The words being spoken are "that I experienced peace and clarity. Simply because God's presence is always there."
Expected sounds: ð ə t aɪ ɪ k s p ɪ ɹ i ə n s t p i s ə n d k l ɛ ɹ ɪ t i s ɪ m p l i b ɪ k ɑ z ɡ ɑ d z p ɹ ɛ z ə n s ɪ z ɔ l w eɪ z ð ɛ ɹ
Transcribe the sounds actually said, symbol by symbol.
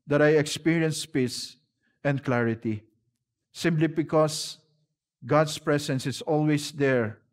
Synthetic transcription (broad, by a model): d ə t aɪ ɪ k s p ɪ ɹ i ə n s p i s ə n d k l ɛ ɹ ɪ t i s ɪ m p l i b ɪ k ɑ s ɡ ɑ d s p ɹ ɛ s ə n s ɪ s ɔ l w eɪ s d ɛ ɹ